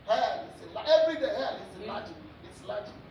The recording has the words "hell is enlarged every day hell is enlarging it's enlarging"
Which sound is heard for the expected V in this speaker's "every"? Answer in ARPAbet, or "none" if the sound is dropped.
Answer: V